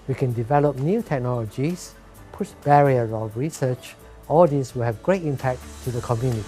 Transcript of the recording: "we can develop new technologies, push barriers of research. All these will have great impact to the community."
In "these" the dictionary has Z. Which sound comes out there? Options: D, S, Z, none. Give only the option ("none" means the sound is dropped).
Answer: S